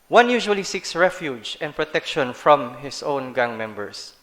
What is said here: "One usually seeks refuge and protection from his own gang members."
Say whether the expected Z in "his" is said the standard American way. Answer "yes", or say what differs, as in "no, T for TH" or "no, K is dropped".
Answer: no, S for Z